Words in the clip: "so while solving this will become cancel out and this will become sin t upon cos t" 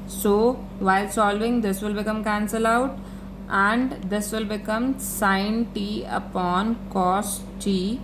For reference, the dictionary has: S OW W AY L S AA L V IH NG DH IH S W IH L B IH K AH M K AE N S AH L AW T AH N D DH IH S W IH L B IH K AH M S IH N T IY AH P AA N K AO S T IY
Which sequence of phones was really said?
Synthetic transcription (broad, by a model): S OW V AY L S AA L V IH NG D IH S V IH L B IH K AH M K AE N S AH L AW T AH N D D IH S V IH L B IH K AH M S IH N T IY AH P AA N K AO S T IY